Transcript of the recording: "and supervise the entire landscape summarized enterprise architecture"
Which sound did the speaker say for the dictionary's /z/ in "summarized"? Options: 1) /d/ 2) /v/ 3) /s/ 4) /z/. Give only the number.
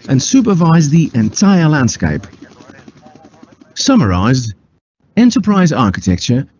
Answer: 4